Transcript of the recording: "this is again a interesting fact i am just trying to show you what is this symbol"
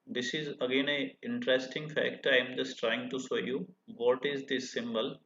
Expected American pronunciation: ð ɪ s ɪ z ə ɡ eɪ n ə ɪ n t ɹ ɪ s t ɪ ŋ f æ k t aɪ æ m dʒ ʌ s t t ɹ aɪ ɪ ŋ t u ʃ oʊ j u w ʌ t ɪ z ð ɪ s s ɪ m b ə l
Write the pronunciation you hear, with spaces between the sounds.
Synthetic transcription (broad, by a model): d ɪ s ɪ z ə ɡ eɪ n ə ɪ n t ɹ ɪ s t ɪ ŋ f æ k t aɪ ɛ m dʒ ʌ s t t ɹ aɪ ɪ ŋ t u s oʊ j u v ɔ t ɪ z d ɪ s s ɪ m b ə l